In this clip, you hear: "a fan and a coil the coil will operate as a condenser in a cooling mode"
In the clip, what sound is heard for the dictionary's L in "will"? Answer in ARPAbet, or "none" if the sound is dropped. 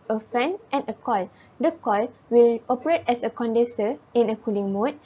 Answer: L